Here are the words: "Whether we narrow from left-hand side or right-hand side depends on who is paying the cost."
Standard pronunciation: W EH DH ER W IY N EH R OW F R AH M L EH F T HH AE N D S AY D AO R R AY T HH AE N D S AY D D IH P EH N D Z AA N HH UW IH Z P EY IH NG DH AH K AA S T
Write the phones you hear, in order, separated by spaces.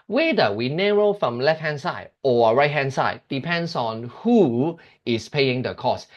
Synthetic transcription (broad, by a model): W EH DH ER W IY N EH R OW F R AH M L EH F T HH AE N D S AY D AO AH R AY T HH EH N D S AY D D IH P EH N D S AA N HH UW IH S P EY IH NG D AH K AA S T